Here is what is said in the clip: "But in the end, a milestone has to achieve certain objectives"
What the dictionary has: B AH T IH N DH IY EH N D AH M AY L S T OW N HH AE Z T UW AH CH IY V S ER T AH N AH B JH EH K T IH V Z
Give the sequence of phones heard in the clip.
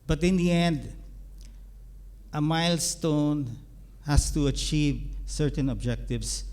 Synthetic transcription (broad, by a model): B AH T IH N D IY EH N D AH M AY L S T OW N HH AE S T UW AH CH IY V S ER T AH N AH B JH EH K T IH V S